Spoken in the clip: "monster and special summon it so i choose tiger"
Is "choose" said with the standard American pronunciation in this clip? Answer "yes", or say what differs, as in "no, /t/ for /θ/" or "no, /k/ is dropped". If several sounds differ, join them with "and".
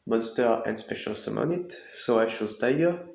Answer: no, /ʃ/ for /tʃ/